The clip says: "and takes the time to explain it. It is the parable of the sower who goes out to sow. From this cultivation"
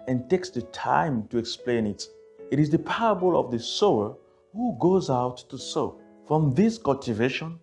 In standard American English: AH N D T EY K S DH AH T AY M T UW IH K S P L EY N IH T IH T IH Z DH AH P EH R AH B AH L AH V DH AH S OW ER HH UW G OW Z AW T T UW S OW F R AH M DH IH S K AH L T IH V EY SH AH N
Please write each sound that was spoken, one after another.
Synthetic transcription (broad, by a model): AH N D T EY K S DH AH T AY M T UW IH K S P L EY N IH T IH T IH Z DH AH P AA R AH B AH L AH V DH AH S OW ER HH UW G OW Z AW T T UW S OW F R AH M DH IH S K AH L T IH V EY SH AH N